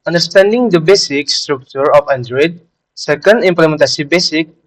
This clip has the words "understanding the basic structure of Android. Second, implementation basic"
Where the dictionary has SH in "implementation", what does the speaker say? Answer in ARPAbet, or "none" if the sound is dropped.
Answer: S